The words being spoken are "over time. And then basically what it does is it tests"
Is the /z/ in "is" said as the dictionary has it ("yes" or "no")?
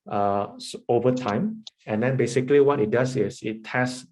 no